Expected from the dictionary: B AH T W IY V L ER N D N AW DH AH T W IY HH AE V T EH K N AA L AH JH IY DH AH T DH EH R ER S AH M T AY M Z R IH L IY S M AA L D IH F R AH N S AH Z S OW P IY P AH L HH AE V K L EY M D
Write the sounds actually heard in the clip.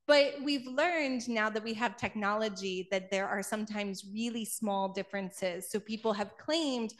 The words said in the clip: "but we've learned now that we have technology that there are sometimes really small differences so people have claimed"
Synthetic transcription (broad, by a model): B AH T W IY V L ER N D N AW DH AH T W IY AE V T EH K N AA L AH JH IY DH AH T DH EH R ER S AH M T AY M Z R IH L IY S M AA L D IH F R AH N S AH Z S OW P IY P L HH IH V K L EY M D